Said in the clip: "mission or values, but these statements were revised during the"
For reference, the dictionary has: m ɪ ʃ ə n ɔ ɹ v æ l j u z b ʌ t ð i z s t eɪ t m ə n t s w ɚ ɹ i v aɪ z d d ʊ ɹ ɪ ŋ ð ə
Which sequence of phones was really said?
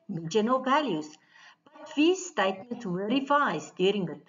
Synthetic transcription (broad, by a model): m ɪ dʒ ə n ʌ l v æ l j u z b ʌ t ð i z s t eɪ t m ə n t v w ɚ ɹ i f aɪ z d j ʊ ɹ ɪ ŋ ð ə